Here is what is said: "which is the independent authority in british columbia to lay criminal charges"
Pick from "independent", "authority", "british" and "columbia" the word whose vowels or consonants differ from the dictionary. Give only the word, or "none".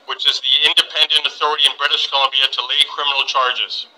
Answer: none